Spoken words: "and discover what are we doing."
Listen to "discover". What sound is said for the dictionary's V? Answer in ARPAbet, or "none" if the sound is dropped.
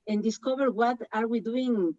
B